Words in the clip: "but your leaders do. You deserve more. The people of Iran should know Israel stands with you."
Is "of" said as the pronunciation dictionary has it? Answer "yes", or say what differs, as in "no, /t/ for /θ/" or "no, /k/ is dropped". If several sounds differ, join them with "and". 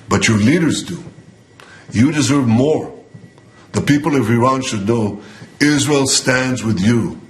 yes